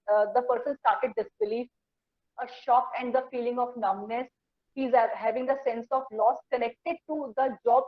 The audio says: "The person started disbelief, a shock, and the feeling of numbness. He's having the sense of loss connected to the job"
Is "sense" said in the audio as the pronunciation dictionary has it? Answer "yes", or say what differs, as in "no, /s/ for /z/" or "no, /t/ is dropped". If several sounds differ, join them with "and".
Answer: yes